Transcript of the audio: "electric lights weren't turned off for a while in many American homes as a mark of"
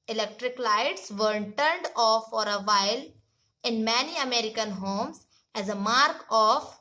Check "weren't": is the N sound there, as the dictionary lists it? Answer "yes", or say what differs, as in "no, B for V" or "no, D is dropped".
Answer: no, N is dropped